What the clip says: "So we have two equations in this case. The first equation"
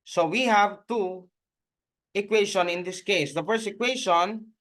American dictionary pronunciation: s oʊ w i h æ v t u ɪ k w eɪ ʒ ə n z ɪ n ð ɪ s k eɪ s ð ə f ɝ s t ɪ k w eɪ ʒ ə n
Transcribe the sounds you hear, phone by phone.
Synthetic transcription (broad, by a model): s oʊ w i h æ v t u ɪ k w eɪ ʃ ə n ɪ n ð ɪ s k eɪ s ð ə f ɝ s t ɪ k w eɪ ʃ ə n